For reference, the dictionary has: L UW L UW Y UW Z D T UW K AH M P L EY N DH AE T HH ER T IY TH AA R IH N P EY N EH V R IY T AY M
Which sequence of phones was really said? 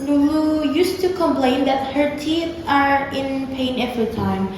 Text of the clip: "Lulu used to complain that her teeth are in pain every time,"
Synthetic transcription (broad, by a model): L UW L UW Y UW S T UW K AH M P L EY N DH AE T HH ER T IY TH AA R IH N P EY N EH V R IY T AY M